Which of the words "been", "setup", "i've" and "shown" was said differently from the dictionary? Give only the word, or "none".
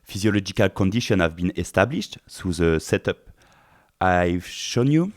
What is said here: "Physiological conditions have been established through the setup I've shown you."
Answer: none